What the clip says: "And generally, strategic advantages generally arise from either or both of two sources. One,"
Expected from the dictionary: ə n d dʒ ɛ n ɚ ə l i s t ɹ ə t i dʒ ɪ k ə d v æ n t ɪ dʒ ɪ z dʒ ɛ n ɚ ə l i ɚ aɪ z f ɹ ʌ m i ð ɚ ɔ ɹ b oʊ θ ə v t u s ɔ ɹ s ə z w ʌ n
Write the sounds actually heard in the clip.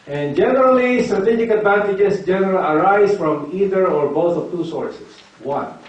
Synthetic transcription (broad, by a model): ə n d dʒ ɛ n ɚ ə l i s t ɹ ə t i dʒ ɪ k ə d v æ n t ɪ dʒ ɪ s dʒ ɛ n ɚ ə l i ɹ aɪ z f ɹ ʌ m i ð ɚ ɔ ɹ b oʊ θ ə v t u s ɔ ɹ s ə s w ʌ n